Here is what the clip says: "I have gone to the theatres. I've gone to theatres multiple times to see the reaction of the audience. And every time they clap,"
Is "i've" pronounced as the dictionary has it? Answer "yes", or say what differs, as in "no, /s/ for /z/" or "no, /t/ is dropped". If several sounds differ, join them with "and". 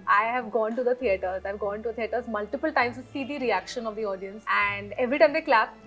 yes